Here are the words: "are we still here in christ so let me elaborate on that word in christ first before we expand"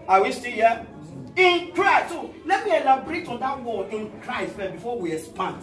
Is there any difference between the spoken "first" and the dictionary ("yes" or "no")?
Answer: yes